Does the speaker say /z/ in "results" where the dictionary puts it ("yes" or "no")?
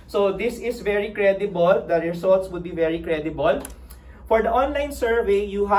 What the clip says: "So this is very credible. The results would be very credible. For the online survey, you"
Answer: no